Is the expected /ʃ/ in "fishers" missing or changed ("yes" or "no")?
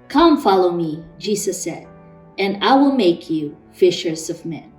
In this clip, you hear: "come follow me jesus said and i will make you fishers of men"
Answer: no